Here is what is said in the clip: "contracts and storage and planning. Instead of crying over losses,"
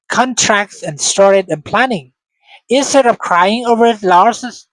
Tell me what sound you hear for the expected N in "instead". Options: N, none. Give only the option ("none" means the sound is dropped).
none